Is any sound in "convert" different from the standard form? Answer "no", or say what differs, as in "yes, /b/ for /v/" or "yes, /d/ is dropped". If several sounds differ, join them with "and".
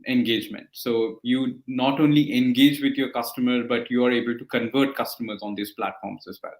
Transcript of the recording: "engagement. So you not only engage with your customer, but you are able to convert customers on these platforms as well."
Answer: no